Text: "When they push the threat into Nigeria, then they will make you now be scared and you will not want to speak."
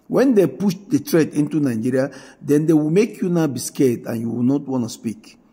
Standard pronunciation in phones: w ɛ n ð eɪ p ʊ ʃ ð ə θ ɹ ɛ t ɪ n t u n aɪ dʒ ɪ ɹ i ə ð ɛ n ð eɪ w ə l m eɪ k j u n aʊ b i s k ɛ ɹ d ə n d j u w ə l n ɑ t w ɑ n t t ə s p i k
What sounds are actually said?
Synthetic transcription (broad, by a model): w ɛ n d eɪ p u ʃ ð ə t ɹ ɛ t ɪ n t u n aɪ dʒ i ɹ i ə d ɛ n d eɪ w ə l m eɪ k j u n aʊ b i s k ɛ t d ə n j u w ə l n ɑ t w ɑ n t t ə s p i k